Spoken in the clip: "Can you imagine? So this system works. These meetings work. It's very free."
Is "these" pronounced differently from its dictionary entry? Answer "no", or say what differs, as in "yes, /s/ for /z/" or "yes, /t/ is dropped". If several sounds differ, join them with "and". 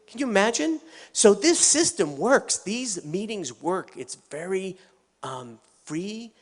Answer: no